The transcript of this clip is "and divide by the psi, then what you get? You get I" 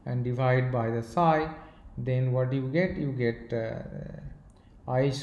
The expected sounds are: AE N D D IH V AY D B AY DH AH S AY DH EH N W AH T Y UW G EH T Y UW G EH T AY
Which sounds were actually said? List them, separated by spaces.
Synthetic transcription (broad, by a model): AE N D D IH V AY D B AY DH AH S AY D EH N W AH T Y UW G EH T Y UW G EH T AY